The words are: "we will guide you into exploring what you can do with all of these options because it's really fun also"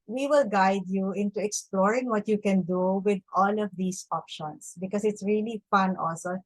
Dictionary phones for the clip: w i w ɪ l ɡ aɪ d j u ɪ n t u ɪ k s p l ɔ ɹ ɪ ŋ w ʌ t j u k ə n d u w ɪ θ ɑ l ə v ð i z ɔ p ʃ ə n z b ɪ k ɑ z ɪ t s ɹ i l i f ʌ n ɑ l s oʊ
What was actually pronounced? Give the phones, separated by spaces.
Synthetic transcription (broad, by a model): w i w ɪ l ɡ aɪ d j u ɪ n t u ɪ k s p l ɔ ɹ ɪ ŋ w ʌ t j u k ə n d u w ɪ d ɑ l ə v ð i s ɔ p ʃ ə n s b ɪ k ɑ s ɪ t s ɹ i l i f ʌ n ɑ l s oʊ